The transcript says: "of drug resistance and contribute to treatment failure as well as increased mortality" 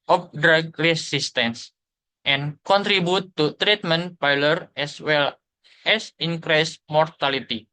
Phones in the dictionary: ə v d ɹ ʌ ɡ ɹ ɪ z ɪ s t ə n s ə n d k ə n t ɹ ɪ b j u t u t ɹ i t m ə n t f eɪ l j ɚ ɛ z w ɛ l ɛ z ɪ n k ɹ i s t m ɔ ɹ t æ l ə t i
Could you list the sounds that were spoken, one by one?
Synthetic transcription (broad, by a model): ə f d ɹ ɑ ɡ ɹ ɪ s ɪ s t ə n s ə n k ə n t ɹ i b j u t u t ɹ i t m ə n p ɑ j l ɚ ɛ s w ɛ l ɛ s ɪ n k ɹ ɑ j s m ɔ ɹ t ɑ l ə t i